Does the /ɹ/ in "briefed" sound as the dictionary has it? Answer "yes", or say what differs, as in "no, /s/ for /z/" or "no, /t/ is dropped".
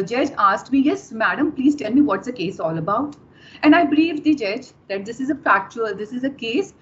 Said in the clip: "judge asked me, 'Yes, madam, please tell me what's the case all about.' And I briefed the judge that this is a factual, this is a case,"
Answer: no, /l/ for /ɹ/